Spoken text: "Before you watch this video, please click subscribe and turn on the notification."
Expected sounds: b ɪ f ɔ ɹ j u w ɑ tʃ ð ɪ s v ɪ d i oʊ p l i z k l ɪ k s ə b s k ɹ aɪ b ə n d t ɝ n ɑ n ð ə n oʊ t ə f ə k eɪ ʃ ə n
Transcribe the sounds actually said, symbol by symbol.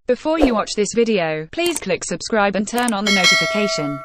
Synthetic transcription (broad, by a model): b ɪ f ɔ j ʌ w ɑ tʃ ð ɪ s v ɪ d i oʊ p l i z k l ɪ k s ə b s k ɹ aɪ b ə n t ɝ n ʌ n ð ə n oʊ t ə f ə k eɪ ʃ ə n